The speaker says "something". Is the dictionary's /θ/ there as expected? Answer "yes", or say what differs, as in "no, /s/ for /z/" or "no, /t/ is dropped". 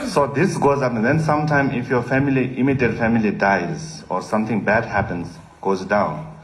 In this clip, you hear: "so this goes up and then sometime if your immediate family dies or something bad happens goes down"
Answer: no, /t/ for /θ/